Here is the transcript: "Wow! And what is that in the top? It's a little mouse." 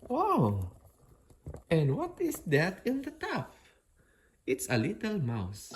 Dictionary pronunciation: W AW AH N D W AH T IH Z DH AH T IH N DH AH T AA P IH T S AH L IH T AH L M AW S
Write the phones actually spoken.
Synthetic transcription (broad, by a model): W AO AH N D W AH T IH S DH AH T IH N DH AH T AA F IH T S AH L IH T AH L M AW S